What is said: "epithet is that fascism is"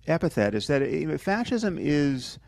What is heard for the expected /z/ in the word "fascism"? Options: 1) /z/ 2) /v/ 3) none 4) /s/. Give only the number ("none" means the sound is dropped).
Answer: 1